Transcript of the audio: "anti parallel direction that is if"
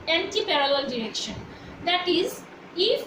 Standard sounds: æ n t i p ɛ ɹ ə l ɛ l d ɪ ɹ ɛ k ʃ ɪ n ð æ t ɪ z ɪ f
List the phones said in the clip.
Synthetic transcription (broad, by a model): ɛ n t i p ɛ ɹ ə l ɛ l d ɪ ɹ ɛ k ʃ ɪ n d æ t ɪ z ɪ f